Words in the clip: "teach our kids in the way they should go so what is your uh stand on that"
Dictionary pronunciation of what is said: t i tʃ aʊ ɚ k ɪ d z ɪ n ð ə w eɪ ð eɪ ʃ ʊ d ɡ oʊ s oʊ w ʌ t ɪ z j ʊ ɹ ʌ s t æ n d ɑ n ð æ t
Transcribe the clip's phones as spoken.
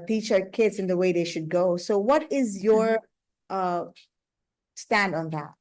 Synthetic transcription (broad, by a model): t i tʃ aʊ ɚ k ɪ d z ɪ n ð ə w eɪ ð eɪ ʃ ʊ d ɡ oʊ s oʊ w ʌ t ɪ z j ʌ ɹ ʌ s t æ n d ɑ n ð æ t